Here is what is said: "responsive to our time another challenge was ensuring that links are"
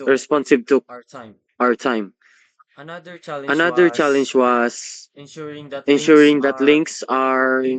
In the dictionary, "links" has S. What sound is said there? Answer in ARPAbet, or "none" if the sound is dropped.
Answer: S